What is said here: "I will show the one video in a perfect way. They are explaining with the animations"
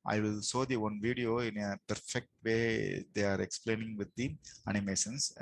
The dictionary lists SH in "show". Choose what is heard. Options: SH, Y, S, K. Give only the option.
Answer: S